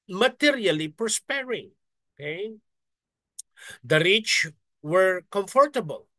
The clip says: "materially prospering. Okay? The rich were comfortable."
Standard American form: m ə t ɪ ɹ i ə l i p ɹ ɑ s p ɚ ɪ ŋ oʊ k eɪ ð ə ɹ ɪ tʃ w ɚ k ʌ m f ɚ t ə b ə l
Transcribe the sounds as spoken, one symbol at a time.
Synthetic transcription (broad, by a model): m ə t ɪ ɹ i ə l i p ɑ s p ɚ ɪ ŋ oʊ k eɪ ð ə ɹ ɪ tʃ w ɚ k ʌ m f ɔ t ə b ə l